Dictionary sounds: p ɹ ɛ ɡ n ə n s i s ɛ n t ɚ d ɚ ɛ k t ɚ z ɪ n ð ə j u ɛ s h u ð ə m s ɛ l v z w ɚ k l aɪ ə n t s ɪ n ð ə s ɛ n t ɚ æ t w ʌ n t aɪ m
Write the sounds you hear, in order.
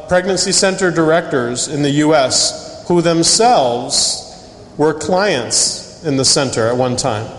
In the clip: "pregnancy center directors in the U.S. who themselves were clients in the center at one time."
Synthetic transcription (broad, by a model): p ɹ ɛ ɡ n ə n s i s ɛ n t ɚ d ɚ ɛ k t ɚ z ɪ n ð ə j u ɛ s h u ð ə m s ɛ l v z w ɚ k l aɪ ə n t s ɪ n ð ə s ɛ n t ɚ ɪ t w ʌ n t aɪ m